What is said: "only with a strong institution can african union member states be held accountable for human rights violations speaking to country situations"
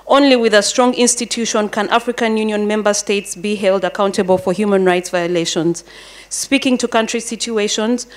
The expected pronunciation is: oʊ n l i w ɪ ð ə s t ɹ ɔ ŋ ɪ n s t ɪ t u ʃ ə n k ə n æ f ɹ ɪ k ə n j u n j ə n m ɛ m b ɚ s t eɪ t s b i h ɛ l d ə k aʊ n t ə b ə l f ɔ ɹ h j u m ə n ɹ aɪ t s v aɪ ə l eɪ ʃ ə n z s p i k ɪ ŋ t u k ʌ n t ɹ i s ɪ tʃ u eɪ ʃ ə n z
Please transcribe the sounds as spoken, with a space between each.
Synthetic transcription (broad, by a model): oʊ n l i w ɪ ð ə s t ɹ ɔ ŋ ɪ n s t ɪ t u ʃ ə n k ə n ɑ f ɹ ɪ k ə n j u n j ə n m ɛ m b ɚ s t eɪ t s b i h ɛ l d ə k aʊ n t ə b ə l f ɔ ɹ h j u m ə n ɹ aɪ t s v aɪ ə l eɪ ʃ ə n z s p i k ɪ ŋ t u k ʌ n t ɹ i s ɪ tʃ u eɪ ʃ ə n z